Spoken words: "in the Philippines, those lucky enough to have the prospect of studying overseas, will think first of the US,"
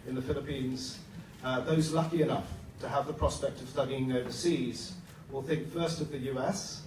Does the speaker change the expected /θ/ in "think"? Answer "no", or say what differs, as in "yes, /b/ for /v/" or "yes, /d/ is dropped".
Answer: no